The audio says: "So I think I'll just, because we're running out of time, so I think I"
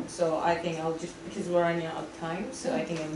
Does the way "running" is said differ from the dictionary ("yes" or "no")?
yes